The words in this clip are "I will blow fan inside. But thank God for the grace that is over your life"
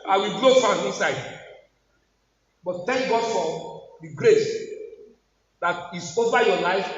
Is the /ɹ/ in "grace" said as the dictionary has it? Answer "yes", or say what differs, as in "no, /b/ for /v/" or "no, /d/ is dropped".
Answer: yes